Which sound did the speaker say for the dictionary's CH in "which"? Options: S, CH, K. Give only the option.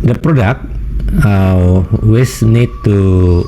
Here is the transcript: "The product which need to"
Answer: S